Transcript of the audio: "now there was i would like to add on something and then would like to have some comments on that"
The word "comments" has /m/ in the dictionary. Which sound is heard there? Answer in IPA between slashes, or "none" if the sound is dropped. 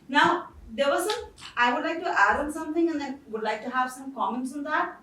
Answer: /m/